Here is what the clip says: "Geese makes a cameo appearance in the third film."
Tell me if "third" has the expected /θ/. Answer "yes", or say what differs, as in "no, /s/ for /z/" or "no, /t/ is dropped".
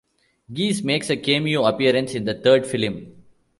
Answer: no, /t/ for /θ/